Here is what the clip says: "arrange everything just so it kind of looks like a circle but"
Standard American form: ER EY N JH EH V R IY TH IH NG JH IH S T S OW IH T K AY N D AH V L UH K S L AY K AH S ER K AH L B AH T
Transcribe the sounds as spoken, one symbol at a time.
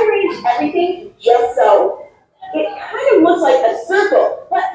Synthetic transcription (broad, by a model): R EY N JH EH V R IY TH IH NG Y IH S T S OW IH T K AY N D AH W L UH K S L AY K AH S ER K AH L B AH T